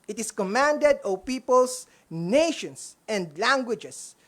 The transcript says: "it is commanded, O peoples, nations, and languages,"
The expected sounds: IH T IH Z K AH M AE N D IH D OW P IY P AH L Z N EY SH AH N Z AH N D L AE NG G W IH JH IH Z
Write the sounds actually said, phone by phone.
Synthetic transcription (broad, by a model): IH T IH S K AH M AE N D IH D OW P IY P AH L S N EY SH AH N S AH N D L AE NG G W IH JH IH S